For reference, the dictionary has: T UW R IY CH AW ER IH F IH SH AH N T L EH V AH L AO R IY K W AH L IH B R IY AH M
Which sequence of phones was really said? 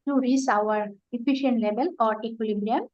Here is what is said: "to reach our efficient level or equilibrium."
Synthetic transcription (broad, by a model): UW R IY S AW ER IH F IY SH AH N T L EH B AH L AO R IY K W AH L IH B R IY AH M